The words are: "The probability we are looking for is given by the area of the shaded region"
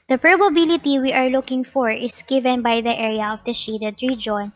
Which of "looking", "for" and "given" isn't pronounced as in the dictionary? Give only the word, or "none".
none